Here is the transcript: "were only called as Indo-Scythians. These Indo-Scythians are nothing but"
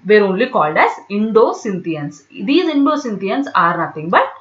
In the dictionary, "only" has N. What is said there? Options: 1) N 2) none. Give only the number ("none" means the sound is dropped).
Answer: 1